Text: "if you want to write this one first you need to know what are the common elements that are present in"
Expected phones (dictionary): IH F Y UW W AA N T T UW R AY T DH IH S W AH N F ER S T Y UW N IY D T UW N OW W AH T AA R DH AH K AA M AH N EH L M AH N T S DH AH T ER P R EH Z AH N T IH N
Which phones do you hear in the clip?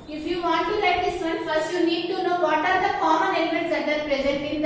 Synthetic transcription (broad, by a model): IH F Y UW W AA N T T UW L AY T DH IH S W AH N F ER S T Y UW N IY D T UW N OW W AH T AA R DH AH K AA M AH N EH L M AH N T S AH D ER P R EH Z AH N T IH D